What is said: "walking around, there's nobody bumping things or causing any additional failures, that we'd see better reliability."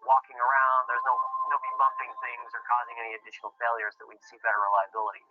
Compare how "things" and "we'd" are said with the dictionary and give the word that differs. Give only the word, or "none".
none